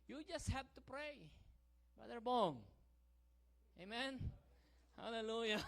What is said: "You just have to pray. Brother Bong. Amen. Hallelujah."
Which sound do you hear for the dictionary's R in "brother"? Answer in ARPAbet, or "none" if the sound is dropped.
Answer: none